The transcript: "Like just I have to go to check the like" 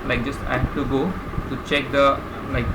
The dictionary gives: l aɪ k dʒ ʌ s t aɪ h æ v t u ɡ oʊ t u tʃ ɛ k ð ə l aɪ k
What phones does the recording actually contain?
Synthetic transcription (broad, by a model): l aɪ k dʒ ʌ s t aɪ h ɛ f t u ɡ oʊ t u tʃ ɛ k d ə l aɪ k